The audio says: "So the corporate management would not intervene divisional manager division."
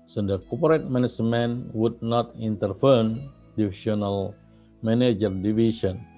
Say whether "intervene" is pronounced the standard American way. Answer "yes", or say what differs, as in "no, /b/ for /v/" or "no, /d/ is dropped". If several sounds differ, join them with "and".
no, /f/ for /v/